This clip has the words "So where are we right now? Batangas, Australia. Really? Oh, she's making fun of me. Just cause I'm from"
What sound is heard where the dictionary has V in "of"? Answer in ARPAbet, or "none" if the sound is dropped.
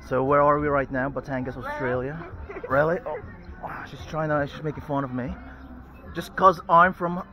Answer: V